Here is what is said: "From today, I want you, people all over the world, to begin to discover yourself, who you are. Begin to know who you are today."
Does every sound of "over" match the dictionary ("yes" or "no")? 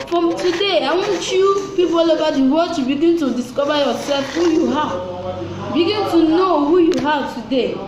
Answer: no